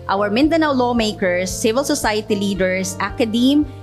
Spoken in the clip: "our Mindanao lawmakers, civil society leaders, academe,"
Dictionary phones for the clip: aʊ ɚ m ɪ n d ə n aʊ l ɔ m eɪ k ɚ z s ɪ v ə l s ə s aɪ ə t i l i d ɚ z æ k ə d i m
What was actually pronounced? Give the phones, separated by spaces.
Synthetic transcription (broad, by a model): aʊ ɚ m ɪ n d ə n aʊ l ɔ m eɪ k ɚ s ɪ v ə l s ə s aɪ ə t i l i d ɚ s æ k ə d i m